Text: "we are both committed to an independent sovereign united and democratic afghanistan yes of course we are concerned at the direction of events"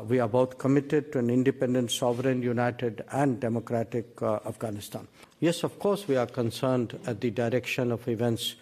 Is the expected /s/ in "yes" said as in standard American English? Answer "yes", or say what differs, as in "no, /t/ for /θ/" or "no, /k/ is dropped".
yes